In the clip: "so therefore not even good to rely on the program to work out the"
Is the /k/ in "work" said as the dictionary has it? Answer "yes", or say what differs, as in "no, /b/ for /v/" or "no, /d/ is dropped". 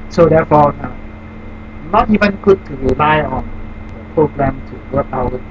no, /k/ is dropped